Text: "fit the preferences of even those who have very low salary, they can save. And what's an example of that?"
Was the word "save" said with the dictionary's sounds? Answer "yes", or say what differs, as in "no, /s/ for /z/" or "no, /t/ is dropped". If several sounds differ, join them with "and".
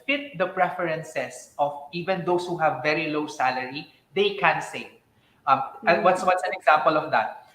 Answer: no, /w/ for /v/